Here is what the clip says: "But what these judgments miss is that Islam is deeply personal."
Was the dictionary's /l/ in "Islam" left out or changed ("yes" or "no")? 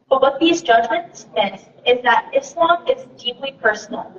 no